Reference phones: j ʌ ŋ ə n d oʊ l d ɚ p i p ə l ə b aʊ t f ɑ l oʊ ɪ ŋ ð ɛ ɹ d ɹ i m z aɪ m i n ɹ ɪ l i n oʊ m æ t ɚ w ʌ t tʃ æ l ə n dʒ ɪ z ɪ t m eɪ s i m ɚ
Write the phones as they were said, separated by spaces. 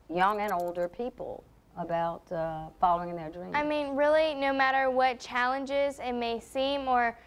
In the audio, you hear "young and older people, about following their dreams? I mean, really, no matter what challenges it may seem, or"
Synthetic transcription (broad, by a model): j ʌ ŋ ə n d oʊ l d ɚ p i p l ə b aʊ t f ɑ l oʊ ɪ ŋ ð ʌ ɹ d ɹ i aɪ m i n ɹ ɪ l i n oʊ m æ t ɚ w ʌ t tʃ æ l ə n dʒ ɪ z ɪ t m eɪ s i m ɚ